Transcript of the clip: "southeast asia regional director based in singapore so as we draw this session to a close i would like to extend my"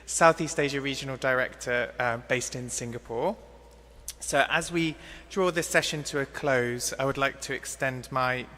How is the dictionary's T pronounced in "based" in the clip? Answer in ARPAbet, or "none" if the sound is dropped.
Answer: T